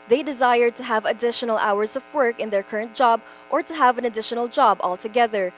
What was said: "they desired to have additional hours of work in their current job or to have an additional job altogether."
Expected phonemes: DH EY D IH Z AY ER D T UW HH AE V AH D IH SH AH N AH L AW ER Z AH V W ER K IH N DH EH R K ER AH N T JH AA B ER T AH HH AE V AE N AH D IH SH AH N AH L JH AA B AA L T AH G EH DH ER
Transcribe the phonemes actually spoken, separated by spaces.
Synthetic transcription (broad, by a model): DH EY D IH Z AY ER D T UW HH AE V AH D IH SH AH N AH L AW ER Z AH V W ER K IH N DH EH R K ER AH N T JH AA B ER T AH HH AE V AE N AH D IH SH AH N AH L JH AA B AA L T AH G EH DH ER